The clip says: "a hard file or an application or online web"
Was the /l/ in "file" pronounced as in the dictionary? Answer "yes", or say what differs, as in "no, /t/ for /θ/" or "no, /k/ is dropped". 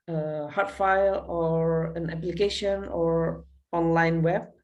yes